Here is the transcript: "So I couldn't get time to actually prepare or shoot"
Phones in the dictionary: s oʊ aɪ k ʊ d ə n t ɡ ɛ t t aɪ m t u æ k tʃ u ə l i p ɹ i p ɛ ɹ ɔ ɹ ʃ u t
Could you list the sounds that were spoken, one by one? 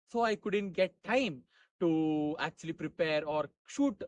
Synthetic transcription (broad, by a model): s oʊ aɪ k ʊ d ə n t ɡ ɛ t t aɪ m t u æ k tʃ u ə l i p ɹ i p ɛ ɹ ɔ ɹ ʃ u t